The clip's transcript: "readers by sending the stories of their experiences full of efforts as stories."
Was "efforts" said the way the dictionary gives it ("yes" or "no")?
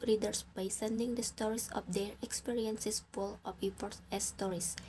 no